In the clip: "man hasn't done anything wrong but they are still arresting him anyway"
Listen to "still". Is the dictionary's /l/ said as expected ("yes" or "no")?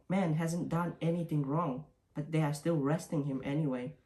yes